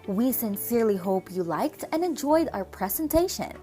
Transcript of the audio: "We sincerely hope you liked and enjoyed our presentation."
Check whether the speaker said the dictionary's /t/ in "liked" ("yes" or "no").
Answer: yes